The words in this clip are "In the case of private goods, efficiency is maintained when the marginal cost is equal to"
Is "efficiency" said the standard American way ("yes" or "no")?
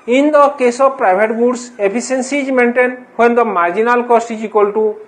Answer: no